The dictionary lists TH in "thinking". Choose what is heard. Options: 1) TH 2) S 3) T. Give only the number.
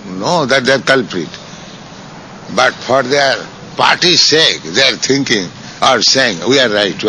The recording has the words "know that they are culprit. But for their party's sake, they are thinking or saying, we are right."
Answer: 3